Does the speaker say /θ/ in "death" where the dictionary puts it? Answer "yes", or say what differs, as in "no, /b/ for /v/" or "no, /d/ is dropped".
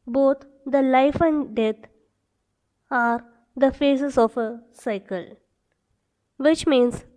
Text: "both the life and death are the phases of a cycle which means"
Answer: no, /t/ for /θ/